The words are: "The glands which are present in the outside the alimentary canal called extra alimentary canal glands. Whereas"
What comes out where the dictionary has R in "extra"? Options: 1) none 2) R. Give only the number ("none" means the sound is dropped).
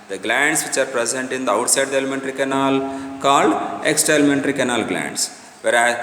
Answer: 1